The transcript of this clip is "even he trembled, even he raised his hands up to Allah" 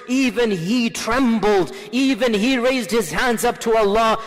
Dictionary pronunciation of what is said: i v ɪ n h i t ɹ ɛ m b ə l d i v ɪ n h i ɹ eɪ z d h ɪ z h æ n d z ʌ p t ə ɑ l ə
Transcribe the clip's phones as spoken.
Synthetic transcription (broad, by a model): i v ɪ n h i t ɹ ɛ m b l d i v ɪ n i ɹ eɪ z d h ɪ z h æ n d z ʌ p t ə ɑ l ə